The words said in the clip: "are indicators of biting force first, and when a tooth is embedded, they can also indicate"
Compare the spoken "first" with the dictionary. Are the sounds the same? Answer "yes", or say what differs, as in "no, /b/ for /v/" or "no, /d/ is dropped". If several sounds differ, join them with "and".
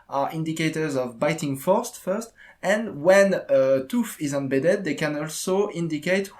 yes